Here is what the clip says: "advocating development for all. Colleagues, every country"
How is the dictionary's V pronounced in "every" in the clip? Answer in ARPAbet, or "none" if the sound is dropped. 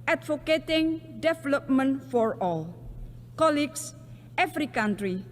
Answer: F